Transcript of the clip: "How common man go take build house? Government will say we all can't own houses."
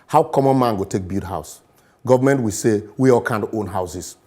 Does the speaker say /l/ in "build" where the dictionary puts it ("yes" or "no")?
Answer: no